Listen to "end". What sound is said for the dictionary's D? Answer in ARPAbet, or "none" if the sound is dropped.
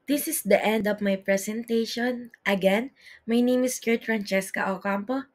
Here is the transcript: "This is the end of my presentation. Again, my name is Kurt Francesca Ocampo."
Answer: D